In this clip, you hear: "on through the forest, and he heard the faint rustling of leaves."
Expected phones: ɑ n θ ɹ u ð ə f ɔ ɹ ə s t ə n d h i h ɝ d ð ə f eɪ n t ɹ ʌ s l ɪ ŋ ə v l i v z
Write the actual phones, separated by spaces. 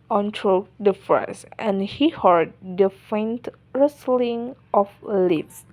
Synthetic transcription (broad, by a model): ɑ n t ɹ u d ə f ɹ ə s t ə n h i h ɝ d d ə f eɪ n t ɹ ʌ s l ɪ ŋ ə f l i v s